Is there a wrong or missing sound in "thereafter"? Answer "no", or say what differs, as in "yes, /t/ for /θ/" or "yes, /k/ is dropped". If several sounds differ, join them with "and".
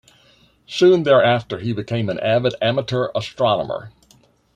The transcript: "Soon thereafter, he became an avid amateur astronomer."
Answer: no